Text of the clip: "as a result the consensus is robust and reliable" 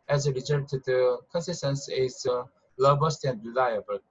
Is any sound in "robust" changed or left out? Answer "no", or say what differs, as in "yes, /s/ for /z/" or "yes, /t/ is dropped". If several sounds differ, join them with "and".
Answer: yes, /l/ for /ɹ/